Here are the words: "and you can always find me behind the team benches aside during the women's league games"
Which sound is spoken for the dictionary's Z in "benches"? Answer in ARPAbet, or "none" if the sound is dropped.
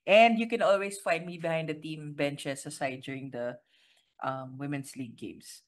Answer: S